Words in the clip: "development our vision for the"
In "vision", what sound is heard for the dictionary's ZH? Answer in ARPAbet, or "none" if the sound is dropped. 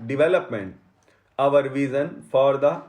Z